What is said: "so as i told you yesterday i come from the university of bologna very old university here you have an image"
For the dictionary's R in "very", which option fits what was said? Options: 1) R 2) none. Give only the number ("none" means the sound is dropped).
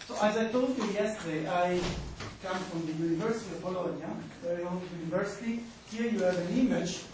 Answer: 2